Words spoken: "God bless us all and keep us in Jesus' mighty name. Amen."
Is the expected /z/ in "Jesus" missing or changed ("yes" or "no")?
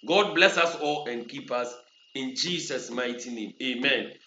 yes